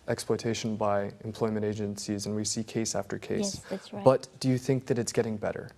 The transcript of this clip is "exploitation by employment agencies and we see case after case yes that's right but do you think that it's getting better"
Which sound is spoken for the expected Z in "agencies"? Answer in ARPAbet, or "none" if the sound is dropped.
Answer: Z